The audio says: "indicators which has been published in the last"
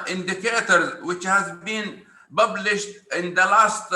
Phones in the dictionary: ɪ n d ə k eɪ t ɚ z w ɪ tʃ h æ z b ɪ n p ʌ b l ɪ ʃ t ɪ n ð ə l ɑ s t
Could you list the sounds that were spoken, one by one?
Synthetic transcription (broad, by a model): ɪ n d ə k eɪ t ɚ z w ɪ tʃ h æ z b ɪ n b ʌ b l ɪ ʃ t ɪ n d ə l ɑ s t